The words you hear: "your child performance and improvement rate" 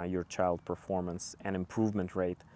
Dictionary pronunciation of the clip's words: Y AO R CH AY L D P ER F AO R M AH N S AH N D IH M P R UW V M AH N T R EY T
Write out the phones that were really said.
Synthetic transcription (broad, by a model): Y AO R CH AY L D P ER F AO R M AH N S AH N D IH M P R UW V M AH N T R EY T